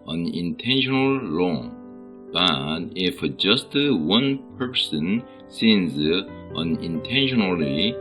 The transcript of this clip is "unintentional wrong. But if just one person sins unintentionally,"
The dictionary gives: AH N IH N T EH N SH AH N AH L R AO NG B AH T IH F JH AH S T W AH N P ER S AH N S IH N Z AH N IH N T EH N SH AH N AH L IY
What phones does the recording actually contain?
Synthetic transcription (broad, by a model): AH N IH N T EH N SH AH N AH L L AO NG B AH T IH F JH AH S T W AH N P ER S AH N S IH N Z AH N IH N T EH N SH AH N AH L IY